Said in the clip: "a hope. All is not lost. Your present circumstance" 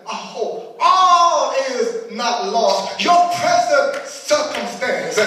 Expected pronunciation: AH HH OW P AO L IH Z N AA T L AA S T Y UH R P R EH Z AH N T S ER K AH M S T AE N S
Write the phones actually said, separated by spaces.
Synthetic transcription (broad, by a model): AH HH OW AO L IH Z N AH T L AA S T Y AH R P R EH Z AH N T S ER K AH M S T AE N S